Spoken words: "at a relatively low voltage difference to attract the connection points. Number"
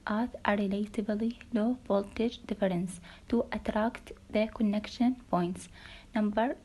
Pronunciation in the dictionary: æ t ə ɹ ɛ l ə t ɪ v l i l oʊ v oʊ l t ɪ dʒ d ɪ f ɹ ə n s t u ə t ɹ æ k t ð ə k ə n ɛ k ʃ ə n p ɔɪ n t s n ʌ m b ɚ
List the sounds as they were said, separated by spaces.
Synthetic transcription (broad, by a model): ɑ t ə ɹ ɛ l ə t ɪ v l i l oʊ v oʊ l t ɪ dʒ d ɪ f ɹ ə n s t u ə t ɹ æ k t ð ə k ə n ɛ k ʃ ə n p ɔɪ n t s n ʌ m b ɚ